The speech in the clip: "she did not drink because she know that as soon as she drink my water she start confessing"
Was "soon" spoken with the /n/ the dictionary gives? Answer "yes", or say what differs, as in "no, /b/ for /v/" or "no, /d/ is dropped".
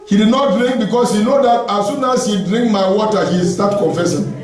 yes